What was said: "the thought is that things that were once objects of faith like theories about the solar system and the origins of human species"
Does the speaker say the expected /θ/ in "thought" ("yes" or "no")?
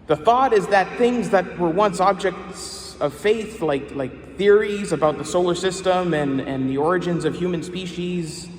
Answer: yes